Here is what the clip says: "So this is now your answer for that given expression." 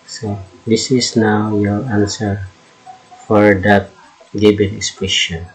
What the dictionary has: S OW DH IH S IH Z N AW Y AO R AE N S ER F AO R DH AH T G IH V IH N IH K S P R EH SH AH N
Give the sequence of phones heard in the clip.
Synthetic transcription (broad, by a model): S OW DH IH S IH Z N AW Y AO R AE N S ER F AO R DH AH T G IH B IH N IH K S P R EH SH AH N